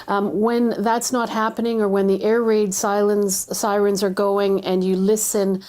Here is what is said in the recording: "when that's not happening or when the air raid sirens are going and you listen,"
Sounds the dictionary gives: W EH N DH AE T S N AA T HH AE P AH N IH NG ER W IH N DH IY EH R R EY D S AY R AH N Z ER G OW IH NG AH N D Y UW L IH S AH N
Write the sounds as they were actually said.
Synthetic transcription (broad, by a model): W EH N DH AE T S N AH T HH AE P AH N IH NG ER W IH N DH IY EH R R EY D S AY R AH N Z ER G OW IH NG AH N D Y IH L IH S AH N